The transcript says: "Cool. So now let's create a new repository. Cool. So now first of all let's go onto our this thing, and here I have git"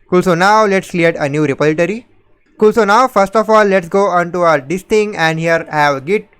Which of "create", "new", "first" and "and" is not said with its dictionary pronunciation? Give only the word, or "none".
create